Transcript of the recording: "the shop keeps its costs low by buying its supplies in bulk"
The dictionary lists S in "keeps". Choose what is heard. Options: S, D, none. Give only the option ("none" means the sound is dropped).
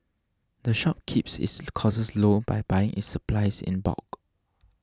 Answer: S